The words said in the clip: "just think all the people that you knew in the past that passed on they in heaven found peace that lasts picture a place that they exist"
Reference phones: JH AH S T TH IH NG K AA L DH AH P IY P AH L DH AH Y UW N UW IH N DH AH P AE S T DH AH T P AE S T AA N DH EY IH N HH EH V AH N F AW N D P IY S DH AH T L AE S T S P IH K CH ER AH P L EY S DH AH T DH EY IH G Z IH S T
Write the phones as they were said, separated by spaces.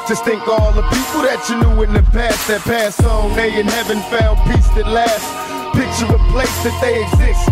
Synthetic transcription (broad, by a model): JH AH S T TH IH NG K AA L DH AH P IY P L DH AH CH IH N UW IH N DH AH P AE S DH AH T P AE S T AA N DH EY IH N HH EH V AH N F AW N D P IY S DH AH T L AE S S P IH K CH ER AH P L EY S DH AH T DH EY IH G Z IH S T